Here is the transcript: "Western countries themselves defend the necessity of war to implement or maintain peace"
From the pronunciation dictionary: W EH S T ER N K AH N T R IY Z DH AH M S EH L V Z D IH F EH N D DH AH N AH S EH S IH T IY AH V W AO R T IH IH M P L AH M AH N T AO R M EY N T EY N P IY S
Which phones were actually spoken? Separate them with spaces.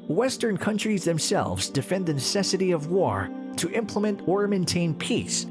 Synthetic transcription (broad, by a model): W EH S T ER N K AH N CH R IY Z DH AH M S EH L V Z D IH F EH N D DH AH N AH S EH S IH T IY AH V W AO R T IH IH M P L AH M AH N T AO R M EY N T EY N P IY S